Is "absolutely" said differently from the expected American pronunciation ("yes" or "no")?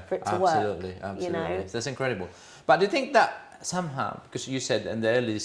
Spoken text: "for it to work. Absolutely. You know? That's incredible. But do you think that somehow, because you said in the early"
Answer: yes